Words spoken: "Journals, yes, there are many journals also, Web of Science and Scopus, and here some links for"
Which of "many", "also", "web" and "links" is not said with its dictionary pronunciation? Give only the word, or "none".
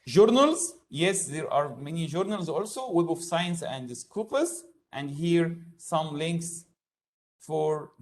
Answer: none